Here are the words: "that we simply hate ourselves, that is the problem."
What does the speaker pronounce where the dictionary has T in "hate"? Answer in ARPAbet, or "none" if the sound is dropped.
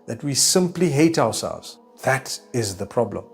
T